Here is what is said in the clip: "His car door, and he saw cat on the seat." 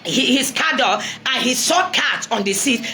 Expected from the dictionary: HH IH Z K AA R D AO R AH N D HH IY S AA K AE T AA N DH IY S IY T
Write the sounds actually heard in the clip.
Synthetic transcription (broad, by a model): HH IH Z K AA D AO L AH N HH IY S AA K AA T AA N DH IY S IY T